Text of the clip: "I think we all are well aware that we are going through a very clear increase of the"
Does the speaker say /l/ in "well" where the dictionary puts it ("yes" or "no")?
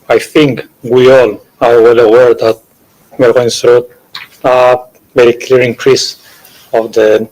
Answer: yes